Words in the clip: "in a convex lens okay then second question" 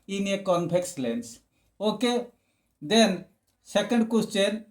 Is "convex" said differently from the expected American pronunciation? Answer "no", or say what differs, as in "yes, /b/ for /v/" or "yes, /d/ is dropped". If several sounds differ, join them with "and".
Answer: yes, /p/ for /v/